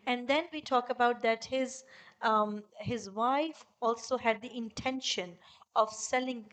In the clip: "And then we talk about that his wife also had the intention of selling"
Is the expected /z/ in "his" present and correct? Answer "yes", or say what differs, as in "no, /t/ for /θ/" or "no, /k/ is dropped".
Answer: yes